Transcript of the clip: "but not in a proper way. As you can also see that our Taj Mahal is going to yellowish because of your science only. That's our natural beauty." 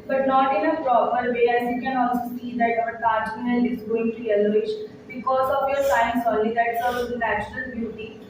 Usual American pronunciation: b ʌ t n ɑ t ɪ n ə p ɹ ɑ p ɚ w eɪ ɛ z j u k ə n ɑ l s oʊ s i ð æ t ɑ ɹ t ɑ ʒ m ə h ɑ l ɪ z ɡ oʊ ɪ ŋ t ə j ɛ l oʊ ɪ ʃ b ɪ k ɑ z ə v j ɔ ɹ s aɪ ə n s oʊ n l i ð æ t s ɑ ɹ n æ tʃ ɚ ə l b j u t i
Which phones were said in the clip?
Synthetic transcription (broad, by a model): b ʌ t n ɑ t ɪ n ə p ɹ ɑ p ɚ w eɪ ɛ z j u k ə n ɑ l s oʊ s i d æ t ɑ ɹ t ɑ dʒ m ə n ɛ n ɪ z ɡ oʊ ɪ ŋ t ə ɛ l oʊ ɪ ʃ b ɪ k ɑ z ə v j ɔ ɹ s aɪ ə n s oʊ n l i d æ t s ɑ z n æ tʃ ɚ ə l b j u t i